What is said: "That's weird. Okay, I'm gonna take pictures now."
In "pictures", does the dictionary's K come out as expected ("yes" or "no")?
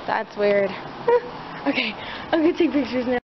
yes